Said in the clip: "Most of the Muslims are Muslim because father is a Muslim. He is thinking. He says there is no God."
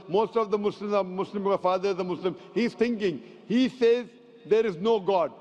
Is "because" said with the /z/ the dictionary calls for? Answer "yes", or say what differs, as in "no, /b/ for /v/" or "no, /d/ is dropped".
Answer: no, /z/ is dropped